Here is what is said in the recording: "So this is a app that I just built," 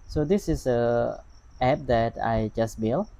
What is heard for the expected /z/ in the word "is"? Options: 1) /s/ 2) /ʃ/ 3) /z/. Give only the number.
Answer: 1